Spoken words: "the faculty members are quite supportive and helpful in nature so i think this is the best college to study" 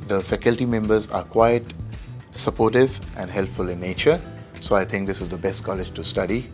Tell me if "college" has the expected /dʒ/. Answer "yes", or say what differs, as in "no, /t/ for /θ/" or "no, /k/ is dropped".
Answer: yes